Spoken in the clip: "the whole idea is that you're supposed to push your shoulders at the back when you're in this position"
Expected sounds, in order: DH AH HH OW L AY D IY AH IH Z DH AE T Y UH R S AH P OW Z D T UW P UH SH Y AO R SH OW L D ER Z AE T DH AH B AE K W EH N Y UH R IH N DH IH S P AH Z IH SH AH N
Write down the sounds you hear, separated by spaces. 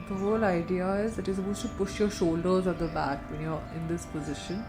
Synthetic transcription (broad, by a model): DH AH HH OW L AY D IY AH IH Z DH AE T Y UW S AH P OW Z T UW P UH SH Y AO R SH OW L D ER Z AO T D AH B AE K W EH N Y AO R IH N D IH S P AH Z IH SH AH N